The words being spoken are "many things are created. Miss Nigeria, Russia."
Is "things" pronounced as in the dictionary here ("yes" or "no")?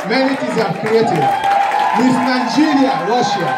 no